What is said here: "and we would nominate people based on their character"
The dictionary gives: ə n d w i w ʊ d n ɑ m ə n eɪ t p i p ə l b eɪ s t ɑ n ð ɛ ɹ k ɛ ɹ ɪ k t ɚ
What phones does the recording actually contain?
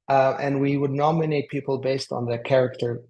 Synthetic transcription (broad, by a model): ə n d w i w ʊ d n ɑ m ə n eɪ t p i p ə l b eɪ s t n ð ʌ k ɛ ɹ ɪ k t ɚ